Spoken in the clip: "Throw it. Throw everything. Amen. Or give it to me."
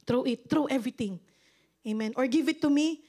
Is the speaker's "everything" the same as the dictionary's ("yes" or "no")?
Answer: no